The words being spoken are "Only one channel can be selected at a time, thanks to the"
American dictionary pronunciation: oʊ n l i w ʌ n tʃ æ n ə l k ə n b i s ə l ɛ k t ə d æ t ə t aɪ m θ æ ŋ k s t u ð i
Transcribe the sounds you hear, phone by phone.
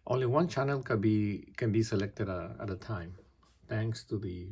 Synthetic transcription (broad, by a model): oʊ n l i w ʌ n tʃ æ n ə l k ə n b i s ə l ɛ k t ə d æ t ə t aɪ m t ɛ ŋ k s t u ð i